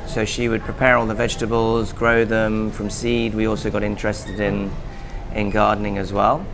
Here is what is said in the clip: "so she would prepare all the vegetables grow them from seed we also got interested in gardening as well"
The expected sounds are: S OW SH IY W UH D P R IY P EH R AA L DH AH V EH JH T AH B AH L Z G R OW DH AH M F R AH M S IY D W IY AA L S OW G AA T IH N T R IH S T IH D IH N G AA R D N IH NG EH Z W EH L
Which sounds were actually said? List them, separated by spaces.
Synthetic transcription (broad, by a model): S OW SH IY W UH D P R IY P EH R AA L DH AH V EH JH T AH B AH L Z G R OW DH AH M F R AH M S IY D W IY AA L S OW G AA T IH N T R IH S T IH D IH N G AA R D N IH NG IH Z W EH L